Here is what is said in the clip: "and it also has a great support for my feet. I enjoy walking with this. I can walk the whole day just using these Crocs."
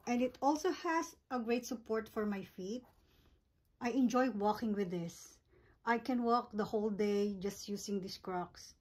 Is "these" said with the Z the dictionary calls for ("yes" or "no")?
no